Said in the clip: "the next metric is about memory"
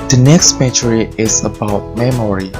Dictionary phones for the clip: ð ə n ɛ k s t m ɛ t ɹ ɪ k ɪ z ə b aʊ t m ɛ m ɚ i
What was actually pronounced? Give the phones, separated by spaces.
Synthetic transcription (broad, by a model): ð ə n ɛ k s t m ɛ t ɹ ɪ ɪ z ə b aʊ t m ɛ m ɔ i